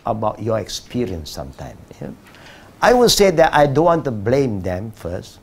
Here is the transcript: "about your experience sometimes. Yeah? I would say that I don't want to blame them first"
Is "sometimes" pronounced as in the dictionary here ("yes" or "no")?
no